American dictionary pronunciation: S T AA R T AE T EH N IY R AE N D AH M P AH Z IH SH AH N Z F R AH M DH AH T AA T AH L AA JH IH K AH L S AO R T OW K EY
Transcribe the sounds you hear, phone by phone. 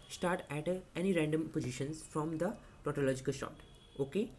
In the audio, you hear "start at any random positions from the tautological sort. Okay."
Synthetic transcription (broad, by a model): S T AA R T AE T EH N IY R AE N D AH M P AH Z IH SH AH N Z F R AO M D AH T AA T AH L AA JH IH K AH L SH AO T OW K EY